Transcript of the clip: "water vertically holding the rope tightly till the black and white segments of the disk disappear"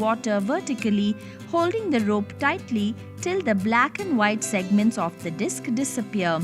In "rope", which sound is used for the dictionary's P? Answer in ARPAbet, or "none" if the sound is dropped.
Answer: P